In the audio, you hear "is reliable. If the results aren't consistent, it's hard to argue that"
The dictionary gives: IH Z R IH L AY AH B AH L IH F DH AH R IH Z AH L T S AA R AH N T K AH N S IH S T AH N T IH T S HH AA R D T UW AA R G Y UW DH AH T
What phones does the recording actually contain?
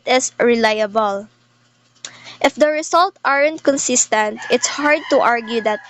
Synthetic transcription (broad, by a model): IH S R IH L AY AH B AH L IH F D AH R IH S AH L T AA R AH N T K AH N S IH S T AH N T IH T S HH AA R D T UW AA R G Y UW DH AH T